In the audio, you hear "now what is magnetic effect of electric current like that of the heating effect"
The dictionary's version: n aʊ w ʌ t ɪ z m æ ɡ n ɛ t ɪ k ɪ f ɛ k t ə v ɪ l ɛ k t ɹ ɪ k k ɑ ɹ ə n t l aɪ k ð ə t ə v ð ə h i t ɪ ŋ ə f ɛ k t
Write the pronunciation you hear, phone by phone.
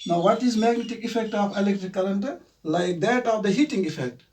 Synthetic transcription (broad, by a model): n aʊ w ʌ t ɪ z m æ ɡ n ɛ t ɪ k ɪ f ɛ k t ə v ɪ l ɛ k t ɹ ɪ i k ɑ l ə n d l aɪ k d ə t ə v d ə h i t ɪ ŋ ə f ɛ k t